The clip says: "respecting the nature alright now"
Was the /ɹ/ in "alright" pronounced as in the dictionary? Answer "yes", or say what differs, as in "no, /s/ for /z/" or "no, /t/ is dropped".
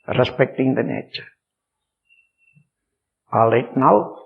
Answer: no, /ɹ/ is dropped